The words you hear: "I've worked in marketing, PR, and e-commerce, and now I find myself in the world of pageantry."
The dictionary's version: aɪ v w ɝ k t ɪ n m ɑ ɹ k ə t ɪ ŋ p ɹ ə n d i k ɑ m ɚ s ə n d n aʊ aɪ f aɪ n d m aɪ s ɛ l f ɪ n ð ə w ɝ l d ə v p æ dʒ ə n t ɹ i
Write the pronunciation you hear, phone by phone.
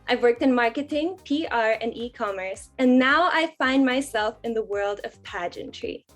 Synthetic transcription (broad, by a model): aɪ v w ɝ k t ɪ n m ɑ ɹ k ə t ɪ ŋ p ɹ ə n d i k ɑ m ɚ s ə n n aʊ aɪ f aɪ n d m aɪ s ɛ l f ɪ n ð ə w ɝ l d ə v p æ dʒ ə n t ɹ i